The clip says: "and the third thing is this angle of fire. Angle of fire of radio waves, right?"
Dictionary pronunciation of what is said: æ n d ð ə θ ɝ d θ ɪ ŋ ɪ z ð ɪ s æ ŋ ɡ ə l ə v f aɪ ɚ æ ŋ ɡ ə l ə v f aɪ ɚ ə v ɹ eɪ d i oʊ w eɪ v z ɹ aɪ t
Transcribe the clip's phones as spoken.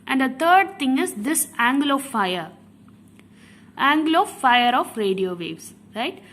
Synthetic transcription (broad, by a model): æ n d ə t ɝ d t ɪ ŋ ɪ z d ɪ s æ ŋ ɡ l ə f aɪ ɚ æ ŋ ɡ l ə f aɪ ɚ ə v ɹ eɪ d i oʊ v eɪ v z ɹ aɪ t